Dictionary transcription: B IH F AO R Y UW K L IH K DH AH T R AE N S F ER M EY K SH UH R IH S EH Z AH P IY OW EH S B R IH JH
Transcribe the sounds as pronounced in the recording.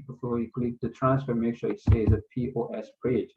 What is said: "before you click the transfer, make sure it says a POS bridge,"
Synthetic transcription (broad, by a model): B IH F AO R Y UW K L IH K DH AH T R AE N S F ER M EY K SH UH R IH S EH Z AH P IY OW EH S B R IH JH